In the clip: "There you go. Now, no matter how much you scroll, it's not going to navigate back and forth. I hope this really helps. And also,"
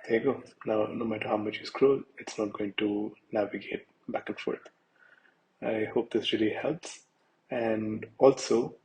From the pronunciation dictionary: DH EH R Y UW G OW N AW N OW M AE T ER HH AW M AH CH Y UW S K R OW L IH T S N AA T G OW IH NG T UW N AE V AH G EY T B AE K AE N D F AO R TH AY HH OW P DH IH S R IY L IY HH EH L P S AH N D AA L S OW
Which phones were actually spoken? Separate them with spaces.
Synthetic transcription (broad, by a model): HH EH G OW N AW N OW M AE T ER HH AW M AH CH Y UW S K R OW L IH T S N AA T G OW IH NG T UW N AE V AH G EY T B AE K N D F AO R T AY HH OW P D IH S R IY L IY HH EH L P S AH N D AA L S OW